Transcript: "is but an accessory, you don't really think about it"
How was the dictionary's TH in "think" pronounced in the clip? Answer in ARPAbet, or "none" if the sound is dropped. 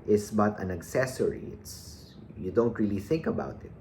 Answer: TH